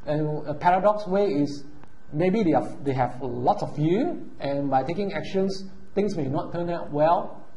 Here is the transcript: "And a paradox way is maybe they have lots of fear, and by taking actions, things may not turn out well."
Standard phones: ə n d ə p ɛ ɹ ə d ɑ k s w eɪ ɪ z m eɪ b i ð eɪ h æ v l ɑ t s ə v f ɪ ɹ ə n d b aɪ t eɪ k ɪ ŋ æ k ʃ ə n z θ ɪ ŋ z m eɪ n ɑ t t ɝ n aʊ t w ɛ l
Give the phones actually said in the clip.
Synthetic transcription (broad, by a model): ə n ə p ɛ ɹ ə d ɑ k s w eɪ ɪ s m eɪ b i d eɪ h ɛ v l ɑ t s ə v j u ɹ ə n b aɪ t eɪ k ɪ ŋ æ k ʃ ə n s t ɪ ŋ s m eɪ n ɑ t t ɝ n aʊ t w ɛ l